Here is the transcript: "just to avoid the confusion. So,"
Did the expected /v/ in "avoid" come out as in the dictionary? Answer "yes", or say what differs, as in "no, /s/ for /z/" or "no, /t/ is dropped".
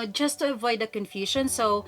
yes